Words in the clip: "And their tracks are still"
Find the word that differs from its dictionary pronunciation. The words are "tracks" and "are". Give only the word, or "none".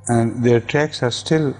none